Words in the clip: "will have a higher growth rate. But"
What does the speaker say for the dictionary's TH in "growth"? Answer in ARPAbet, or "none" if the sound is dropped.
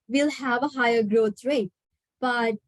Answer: T